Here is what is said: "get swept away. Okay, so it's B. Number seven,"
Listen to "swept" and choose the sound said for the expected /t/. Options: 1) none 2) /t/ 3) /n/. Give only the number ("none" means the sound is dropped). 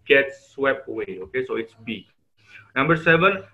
1